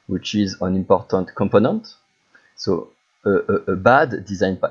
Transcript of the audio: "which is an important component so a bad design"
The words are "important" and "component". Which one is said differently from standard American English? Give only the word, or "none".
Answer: none